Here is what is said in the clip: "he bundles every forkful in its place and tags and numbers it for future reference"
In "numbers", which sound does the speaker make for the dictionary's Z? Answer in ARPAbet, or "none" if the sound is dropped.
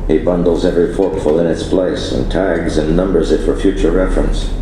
Z